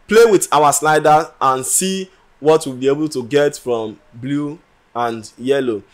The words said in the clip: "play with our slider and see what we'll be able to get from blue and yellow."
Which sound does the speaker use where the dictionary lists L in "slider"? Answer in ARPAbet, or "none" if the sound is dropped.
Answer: N